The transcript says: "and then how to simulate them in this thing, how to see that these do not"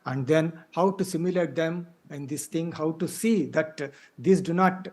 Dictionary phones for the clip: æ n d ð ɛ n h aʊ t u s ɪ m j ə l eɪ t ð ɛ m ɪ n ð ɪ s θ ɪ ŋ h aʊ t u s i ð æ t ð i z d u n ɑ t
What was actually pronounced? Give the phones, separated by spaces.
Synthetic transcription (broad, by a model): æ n d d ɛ n h aʊ t u s ɪ m j ə l eɪ t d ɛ m ɪ n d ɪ s t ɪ ŋ h aʊ t u s i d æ t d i s d u n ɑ t